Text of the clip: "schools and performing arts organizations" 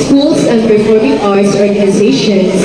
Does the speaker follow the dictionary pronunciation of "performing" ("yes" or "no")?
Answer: no